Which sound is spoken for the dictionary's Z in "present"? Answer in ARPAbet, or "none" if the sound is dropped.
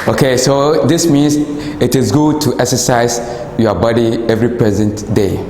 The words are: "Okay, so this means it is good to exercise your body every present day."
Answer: Z